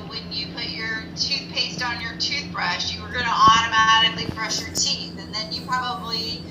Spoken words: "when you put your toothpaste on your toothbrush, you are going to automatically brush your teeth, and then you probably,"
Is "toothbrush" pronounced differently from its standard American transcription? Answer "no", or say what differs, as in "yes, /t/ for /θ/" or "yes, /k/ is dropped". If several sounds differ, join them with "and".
no